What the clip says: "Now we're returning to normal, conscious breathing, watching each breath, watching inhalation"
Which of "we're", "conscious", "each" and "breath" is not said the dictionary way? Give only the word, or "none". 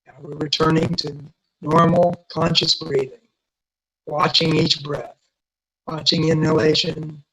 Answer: none